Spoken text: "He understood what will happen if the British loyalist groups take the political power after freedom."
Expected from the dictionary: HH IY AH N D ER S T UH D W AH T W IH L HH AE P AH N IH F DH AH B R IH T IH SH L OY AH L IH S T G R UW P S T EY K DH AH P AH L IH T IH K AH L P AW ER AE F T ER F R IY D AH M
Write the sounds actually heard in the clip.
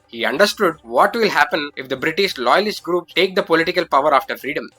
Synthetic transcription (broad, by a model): HH IY AH N D ER S T UH D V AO T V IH L HH AE P AH N IH F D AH B R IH T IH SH L OY AH L IH S T G R UW P T EY K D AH P AH L IH T IH K AH L P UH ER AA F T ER F R IY D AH M